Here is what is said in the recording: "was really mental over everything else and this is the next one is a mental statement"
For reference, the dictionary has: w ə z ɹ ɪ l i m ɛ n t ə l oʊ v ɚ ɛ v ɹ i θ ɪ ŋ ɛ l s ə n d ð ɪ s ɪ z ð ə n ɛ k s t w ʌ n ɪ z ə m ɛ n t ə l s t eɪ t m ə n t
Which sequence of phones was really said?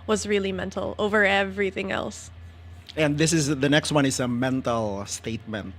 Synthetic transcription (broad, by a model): w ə z ɹ ɪ l i m ɛ n t l oʊ v ɚ ɛ v ɹ i θ ɪ ŋ ɛ l s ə n ð ɪ s ɪ z ð ə n ɛ k s t w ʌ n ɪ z ə m ɛ n t l s t eɪ t m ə n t